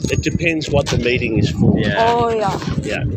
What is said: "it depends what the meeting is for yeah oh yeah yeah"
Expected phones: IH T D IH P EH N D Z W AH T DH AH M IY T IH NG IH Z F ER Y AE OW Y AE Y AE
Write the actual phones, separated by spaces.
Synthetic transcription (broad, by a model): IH T D IH P EH N D Z W AH T DH AH M IY T IH NG IH Z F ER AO OW Y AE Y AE